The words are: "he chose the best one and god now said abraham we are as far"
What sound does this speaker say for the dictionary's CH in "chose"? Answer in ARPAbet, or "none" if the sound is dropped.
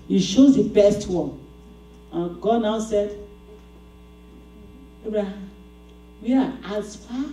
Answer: SH